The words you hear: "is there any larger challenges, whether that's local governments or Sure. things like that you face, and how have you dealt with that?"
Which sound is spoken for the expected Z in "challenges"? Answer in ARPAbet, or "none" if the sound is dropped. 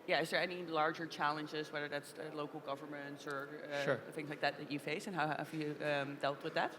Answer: Z